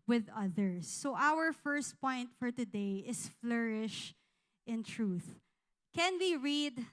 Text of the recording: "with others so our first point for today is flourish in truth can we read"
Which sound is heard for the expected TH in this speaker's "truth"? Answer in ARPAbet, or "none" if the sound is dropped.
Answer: TH